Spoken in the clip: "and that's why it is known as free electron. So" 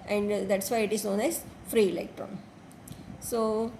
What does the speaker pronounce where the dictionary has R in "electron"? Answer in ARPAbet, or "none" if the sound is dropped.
R